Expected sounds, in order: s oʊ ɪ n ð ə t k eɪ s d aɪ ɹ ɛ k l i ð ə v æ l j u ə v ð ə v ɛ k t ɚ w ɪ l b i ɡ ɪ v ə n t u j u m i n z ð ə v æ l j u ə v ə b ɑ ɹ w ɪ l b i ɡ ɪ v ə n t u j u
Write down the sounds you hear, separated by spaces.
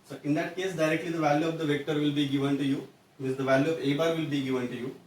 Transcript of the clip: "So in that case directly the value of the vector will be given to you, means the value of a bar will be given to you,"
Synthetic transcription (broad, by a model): s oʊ ɪ n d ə t k eɪ s d aɪ ɹ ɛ k l i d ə v æ l j u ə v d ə v ɛ k t ɚ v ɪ l b i ɡ ɪ v ə n t u j u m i z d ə v æ l j u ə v ə b ɑ ɹ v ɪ l b i ɡ ɪ v ə n t u j u